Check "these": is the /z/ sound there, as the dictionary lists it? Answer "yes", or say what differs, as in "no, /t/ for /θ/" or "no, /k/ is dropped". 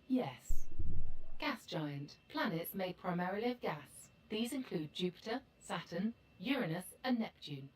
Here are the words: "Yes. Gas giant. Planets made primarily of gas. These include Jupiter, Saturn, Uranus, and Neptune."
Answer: yes